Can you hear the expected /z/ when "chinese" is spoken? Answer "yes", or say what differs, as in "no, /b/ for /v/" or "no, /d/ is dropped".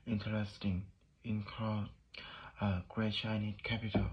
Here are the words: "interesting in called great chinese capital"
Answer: no, /z/ is dropped